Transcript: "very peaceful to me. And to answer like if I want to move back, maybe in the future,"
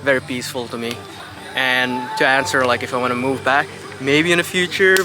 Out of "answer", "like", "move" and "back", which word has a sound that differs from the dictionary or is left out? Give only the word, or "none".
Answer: none